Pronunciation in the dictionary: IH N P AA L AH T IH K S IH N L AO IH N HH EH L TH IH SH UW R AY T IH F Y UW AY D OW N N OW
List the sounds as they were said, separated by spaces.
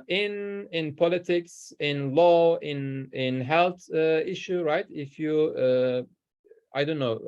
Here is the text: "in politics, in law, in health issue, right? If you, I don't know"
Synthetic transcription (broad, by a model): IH N P AA L AH T IH K S IH N L AO IH N HH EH L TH IH SH UW R AY T IH F Y UW AY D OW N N OW